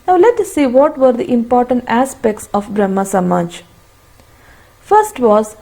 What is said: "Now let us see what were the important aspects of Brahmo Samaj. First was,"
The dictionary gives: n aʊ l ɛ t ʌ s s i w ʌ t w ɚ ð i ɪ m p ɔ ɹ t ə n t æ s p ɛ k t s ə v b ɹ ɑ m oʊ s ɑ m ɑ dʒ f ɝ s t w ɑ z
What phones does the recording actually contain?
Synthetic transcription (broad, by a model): n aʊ l ɛ t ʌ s s i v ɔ t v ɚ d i ɪ m p ɔ ɹ t ə n t æ s p ɛ k t s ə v b ɹ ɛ m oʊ s ɑ m ɑ dʒ f ɝ s t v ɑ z